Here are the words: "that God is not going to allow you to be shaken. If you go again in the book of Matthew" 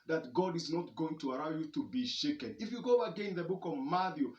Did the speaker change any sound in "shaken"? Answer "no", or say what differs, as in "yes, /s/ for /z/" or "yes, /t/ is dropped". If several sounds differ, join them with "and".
no